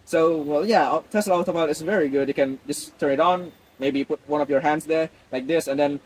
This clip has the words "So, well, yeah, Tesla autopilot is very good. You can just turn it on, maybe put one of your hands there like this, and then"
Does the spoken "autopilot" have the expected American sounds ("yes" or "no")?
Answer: no